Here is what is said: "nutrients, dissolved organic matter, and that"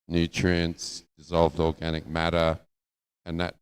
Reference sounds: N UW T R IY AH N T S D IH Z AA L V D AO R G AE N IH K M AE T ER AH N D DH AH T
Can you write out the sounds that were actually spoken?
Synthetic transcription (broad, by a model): N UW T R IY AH N S D IH Z AA L V D AO R G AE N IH K M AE T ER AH N DH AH T